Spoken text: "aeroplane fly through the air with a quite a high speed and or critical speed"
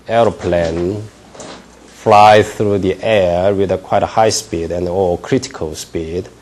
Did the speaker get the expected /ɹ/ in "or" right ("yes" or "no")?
no